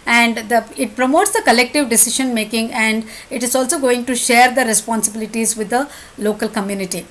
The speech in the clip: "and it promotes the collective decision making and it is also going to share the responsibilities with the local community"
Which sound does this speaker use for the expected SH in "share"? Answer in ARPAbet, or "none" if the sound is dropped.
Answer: SH